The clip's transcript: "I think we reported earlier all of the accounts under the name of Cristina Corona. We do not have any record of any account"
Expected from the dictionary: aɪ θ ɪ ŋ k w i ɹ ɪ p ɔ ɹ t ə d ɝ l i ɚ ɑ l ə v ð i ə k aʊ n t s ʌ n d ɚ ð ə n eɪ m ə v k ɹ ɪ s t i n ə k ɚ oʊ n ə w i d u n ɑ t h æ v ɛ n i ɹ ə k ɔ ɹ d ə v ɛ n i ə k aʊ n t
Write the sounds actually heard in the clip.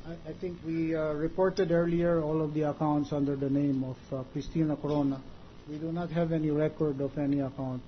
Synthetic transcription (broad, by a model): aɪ t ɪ ŋ k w i ɹ ɪ p ɔ ɹ t ə d ɝ l i ɚ ɑ l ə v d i ə k aʊ n t s ʌ n d ɚ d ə n eɪ m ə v k ɹ ɪ s t i n ə k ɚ oʊ n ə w i d u n ɑ t h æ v ɛ n i ɹ ə k ɔ ɹ d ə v ɛ n i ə k aʊ n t